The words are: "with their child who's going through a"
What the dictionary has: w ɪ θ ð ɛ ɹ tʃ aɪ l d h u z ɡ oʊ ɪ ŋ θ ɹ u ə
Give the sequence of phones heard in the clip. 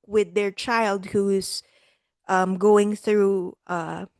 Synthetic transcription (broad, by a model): w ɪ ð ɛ ɹ tʃ aɪ l d h u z ɡ oʊ ɪ ŋ θ ɹ u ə